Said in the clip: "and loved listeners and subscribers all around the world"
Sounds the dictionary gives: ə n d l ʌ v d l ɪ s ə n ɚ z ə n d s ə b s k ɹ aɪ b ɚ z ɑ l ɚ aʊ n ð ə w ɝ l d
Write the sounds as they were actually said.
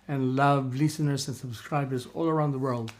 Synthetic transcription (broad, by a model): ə n l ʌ v l ɪ s ə n ɚ z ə n s ə b s k ɹ aɪ b ɚ z ɑ l ɚ aʊ n ð ə w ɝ l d